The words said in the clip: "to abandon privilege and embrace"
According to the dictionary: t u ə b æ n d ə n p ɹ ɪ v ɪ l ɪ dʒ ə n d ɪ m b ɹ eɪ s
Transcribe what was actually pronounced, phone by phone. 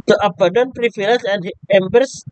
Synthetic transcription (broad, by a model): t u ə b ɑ d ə n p ɹ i f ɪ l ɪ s ə n d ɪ m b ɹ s